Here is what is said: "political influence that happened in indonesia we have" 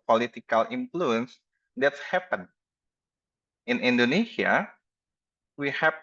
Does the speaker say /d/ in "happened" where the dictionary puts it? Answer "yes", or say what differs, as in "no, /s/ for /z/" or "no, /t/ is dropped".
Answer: no, /d/ is dropped